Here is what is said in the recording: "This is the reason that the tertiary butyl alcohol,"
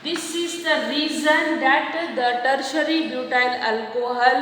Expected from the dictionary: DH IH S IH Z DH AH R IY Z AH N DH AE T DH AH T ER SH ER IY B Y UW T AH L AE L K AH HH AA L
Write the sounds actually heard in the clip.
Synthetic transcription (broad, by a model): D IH S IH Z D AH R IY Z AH N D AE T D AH T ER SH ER IY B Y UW T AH N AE L K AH HH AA L